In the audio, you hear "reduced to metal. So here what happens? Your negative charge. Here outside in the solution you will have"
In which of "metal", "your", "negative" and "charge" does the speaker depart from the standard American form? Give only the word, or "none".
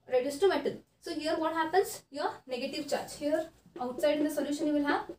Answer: metal